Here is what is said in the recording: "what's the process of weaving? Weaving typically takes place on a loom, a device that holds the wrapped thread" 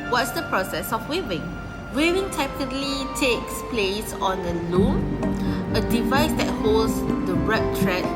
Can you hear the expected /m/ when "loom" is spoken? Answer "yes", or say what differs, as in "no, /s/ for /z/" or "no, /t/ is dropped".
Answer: no, /m/ is dropped